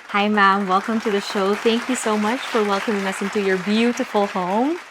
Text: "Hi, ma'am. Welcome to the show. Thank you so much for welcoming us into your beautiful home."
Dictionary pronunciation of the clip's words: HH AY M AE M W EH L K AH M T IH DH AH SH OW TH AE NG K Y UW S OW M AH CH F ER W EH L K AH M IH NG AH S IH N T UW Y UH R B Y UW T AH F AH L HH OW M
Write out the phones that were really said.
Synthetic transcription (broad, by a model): HH AY M AE M W EH L K AH M T IH DH AH SH OW TH AE NG K Y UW S OW M AH CH F ER W EH L K AH M IH NG AH S IH N T UW Y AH R B Y UW T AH F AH L HH OW M